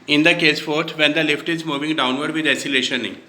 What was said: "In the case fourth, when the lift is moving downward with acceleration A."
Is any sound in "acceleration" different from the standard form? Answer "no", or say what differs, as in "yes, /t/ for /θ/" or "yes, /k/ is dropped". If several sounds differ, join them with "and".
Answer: yes, /k/ is dropped